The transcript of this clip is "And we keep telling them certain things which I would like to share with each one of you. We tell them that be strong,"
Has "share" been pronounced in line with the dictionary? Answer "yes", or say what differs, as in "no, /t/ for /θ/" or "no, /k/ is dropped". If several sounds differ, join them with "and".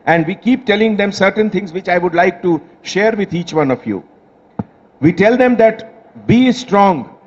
yes